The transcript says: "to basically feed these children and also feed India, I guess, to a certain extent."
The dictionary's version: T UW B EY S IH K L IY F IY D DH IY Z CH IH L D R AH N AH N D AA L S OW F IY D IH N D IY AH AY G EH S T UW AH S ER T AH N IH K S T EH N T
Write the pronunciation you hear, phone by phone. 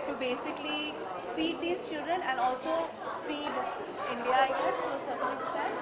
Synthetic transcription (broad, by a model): T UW B EY S IH K L IY F IY D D IY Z CH IH L D R AH N AH N D AA L S OW F IY D IH N D IY AH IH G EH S T UW AH S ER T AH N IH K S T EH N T